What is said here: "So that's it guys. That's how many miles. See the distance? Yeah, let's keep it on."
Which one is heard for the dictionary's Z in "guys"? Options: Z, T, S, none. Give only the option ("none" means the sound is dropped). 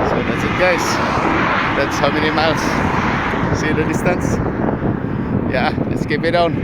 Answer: S